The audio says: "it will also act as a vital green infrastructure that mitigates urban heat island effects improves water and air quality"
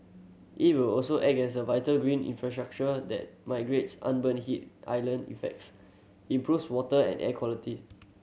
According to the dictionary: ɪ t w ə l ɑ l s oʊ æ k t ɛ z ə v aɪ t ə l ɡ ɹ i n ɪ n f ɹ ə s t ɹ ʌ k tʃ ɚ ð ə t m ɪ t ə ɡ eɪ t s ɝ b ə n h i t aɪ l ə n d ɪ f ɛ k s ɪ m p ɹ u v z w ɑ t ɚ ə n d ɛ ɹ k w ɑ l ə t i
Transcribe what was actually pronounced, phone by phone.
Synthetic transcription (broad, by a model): ɪ t w ə l ɑ l s oʊ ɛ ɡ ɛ s ə v aɪ t ə l ɡ ɹ i n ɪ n f ɹ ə s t ɹ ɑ k tʃ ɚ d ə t m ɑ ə ɡ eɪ t s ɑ b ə n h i t aɪ l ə n ɪ f ɛ k s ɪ m p ɹ u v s w ɑ t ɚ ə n ɛ k w ɑ l ə t i